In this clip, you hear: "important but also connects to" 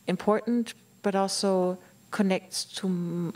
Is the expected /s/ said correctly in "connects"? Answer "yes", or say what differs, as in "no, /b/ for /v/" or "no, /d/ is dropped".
no, /s/ is dropped